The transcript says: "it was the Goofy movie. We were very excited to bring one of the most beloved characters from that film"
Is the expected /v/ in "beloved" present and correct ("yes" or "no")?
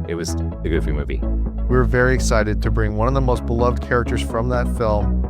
yes